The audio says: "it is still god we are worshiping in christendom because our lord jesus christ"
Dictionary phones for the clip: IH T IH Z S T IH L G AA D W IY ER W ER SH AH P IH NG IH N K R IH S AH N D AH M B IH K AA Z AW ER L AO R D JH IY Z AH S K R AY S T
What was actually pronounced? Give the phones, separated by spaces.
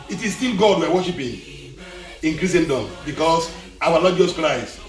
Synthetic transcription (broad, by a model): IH T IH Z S T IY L G AA D W IY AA W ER SH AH P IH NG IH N K R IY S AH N D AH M B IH K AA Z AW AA N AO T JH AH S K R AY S